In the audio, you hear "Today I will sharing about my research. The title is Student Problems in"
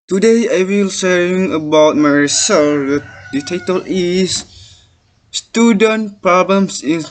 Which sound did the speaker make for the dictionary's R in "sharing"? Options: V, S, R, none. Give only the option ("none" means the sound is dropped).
none